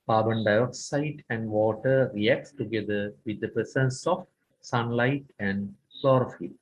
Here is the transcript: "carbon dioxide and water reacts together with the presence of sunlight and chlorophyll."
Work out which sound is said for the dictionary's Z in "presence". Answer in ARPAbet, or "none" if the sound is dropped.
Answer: S